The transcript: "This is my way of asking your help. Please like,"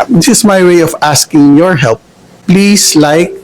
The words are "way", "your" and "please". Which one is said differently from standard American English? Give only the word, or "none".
please